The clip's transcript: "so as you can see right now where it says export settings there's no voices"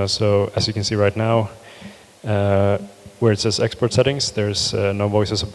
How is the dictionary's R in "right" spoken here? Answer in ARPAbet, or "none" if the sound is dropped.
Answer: R